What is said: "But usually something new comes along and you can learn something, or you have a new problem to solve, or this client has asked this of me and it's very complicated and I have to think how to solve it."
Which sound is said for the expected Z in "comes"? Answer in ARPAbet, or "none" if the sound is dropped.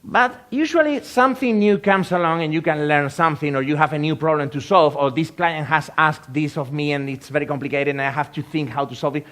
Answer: S